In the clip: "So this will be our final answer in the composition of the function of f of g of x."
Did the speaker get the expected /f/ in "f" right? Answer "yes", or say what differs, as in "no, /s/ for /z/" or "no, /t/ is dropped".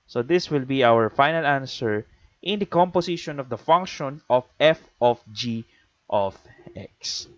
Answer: yes